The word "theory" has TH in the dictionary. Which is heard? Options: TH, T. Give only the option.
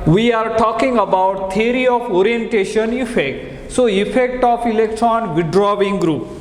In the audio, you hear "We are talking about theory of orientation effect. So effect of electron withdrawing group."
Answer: T